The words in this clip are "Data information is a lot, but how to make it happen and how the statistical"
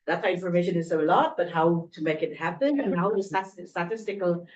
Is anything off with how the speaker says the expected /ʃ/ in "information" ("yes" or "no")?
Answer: no